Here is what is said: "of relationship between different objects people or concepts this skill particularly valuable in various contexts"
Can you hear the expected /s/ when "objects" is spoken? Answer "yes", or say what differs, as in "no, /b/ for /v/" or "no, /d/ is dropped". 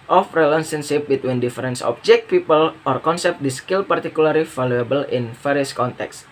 no, /s/ is dropped